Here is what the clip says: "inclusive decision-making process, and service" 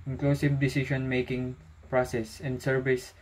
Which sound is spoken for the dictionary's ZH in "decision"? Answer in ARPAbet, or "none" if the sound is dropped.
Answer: SH